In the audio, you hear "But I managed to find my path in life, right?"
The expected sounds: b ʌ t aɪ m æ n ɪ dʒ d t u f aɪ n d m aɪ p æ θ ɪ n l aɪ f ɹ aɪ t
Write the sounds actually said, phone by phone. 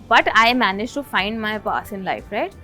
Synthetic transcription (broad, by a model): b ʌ t aɪ m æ n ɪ dʒ t u f aɪ n d m aɪ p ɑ s ɪ n l aɪ f ɹ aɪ t